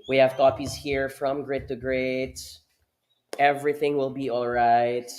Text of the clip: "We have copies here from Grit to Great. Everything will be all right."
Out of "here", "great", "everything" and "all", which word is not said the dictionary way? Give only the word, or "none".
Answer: none